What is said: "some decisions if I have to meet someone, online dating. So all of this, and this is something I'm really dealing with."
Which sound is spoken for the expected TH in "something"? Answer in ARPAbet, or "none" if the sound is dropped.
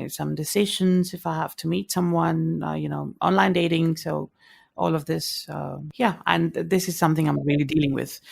TH